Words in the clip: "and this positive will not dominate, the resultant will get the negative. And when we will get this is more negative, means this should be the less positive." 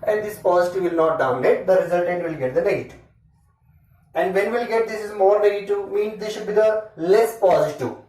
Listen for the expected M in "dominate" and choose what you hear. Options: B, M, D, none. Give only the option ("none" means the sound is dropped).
none